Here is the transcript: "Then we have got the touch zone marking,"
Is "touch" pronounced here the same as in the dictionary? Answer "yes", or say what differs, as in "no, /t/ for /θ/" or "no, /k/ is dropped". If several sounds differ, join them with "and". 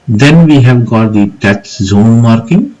no, /s/ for /tʃ/